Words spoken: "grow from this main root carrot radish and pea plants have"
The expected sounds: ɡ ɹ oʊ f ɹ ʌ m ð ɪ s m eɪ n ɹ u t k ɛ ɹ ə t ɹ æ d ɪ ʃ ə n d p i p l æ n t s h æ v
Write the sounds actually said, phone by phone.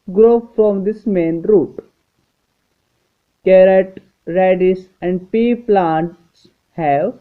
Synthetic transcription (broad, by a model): ɡ ɹ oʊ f ɹ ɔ m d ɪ s m eɪ n ɹ u t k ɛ ɹ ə t ɹ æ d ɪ s ə n d p i p l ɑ n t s h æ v